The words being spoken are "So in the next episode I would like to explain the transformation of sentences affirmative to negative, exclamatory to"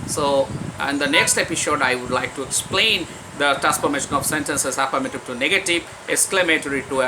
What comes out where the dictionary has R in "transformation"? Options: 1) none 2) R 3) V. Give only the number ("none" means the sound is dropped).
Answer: 1